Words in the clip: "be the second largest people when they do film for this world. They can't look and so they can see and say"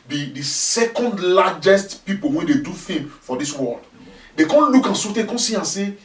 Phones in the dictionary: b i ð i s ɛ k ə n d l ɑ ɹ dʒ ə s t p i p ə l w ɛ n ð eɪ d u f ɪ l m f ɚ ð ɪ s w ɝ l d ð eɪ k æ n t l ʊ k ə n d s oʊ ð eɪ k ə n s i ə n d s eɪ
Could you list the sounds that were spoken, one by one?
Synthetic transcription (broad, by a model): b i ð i s ɛ k ə n d l ɑ dʒ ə s t p i p ə l w ɛ n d eɪ d u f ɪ m f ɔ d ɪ s w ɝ l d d eɪ k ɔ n l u k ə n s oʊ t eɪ k ə n s i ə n s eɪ